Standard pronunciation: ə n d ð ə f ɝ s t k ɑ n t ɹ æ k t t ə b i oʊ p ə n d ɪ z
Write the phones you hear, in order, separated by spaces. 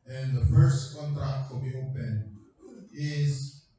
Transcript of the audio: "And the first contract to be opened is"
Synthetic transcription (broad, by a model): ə n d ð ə f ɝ s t k ɑ n t ɹ æ k t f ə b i oʊ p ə n ɪ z